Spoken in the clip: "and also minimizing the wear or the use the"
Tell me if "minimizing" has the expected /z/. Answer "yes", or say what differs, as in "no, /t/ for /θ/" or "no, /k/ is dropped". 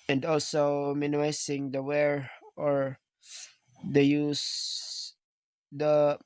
no, /s/ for /z/